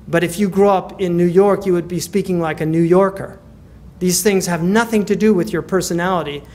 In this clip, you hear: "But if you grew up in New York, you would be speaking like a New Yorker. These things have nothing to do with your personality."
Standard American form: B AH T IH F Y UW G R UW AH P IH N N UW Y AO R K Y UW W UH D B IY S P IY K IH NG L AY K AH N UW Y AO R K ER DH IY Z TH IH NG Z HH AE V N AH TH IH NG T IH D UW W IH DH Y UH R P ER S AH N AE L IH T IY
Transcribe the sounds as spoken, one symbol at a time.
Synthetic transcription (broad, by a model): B AH T IH F Y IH G R UW AH P IH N N UW Y AO R K Y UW W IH D B IY S P IY K IH NG L AY K AH N UW Y AO R K ER DH IY Z TH IH NG Z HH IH V N AH TH IH NG T IH D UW W IH DH Y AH R P ER S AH N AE L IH T IY